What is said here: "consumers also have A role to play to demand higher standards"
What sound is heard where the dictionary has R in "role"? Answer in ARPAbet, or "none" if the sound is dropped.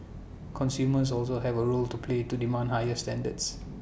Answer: R